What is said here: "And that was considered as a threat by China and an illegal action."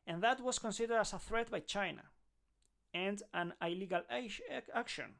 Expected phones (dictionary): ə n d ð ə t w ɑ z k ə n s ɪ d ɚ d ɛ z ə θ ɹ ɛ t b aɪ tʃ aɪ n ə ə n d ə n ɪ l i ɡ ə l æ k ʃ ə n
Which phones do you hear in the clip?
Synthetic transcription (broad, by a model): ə n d ð ə t w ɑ s k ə n s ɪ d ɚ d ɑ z ə θ ɹ ɛ t b aɪ tʃ aɪ n ə ə n d ə n ɪ l i ɡ ə l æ k ʃ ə n